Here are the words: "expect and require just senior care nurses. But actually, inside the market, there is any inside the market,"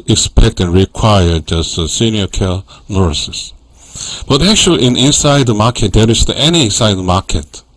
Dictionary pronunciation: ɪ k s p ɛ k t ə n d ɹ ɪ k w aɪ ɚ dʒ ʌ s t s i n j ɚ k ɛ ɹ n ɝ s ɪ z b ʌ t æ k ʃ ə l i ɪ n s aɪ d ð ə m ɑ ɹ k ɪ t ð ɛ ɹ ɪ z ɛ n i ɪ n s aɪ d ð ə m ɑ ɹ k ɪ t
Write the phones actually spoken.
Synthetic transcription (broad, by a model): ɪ k s p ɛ k t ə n ɹ ɪ k w aɪ ɚ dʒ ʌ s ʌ s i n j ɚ k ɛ l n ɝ s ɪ s b ʌ t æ k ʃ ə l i ɪ n s aɪ d ð ə m ɑ ɹ k ɪ t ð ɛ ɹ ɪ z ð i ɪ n s aɪ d ð ə m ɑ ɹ k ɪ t